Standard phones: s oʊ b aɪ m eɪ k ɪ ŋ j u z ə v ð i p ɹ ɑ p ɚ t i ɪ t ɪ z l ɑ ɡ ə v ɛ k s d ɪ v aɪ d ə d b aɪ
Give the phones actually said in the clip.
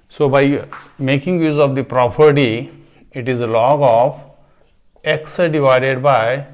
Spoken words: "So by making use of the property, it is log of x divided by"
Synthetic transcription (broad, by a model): s oʊ b aɪ m eɪ k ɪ ŋ j u z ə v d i p ɹ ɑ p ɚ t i ɪ t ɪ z l ɑ ɡ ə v ɛ k s d ɪ v aɪ d ə d b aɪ